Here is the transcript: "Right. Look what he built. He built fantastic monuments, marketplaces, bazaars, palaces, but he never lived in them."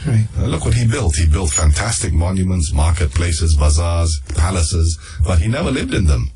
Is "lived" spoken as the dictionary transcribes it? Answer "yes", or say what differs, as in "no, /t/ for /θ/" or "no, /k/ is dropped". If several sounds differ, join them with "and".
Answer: yes